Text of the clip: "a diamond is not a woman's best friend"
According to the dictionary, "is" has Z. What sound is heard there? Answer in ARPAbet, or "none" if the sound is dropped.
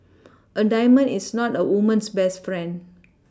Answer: S